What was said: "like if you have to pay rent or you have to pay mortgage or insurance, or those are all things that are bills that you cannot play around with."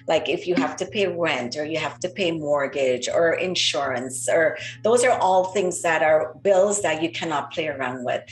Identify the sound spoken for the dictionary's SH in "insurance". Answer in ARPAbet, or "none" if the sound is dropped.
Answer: SH